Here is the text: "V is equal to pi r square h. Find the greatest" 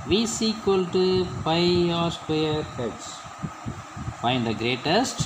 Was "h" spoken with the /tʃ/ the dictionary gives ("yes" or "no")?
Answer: no